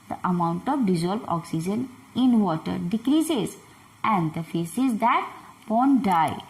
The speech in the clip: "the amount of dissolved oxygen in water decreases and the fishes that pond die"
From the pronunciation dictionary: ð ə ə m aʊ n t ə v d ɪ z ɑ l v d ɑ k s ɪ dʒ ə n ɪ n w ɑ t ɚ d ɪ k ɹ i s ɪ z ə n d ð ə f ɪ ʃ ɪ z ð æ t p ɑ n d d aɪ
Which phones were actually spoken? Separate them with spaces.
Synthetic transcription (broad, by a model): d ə ə m aʊ n t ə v d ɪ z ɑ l b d ɑ k s ɪ dʒ ə n ɪ n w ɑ t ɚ d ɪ k ɹ i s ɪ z ə n d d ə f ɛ s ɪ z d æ t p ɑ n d d aɪ